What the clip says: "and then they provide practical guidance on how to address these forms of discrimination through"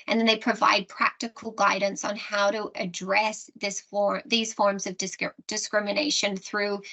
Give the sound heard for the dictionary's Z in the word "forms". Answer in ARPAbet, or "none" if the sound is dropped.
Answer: Z